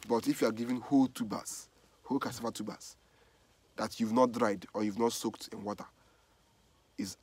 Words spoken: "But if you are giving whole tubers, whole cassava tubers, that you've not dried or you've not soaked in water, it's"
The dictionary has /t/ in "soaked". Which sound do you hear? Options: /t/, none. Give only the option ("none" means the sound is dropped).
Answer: /t/